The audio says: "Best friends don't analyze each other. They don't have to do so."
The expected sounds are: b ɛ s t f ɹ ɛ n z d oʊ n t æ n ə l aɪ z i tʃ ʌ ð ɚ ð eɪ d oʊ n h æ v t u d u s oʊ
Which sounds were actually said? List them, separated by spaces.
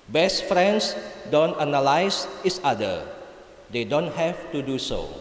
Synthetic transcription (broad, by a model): b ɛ s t f ɹ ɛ n s d oʊ n t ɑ n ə l aɪ s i s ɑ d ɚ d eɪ d oʊ n h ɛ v t u d u s oʊ